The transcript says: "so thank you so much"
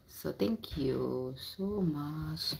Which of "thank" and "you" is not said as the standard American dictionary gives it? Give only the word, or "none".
thank